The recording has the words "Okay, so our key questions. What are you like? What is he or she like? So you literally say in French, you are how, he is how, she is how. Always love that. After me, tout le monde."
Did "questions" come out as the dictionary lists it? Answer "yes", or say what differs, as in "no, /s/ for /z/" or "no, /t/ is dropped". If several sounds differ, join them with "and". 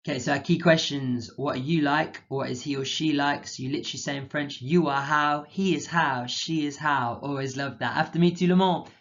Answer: yes